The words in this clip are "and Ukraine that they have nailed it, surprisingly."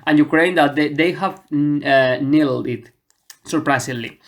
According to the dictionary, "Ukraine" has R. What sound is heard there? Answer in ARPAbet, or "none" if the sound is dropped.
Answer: R